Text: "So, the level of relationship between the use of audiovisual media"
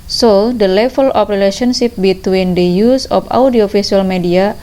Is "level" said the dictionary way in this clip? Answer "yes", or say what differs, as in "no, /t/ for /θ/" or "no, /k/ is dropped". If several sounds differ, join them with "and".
no, /f/ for /v/